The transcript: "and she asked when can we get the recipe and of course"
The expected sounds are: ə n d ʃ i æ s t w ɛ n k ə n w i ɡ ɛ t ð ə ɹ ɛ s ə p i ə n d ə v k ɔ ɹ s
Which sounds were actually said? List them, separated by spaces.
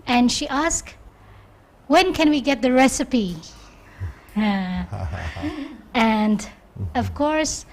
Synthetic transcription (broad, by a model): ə n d ʃ i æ s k w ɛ n k ə n w i ɡ ɛ t ð ə ɹ ɛ s ə p i ə n d ə v k ɔ ɹ s